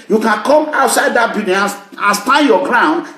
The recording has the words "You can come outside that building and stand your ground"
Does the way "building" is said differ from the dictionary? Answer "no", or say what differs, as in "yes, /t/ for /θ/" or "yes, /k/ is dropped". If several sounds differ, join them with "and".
yes, /l/ is dropped